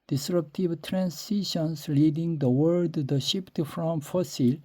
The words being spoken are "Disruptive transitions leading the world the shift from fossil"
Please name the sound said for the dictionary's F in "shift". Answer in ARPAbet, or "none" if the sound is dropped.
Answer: P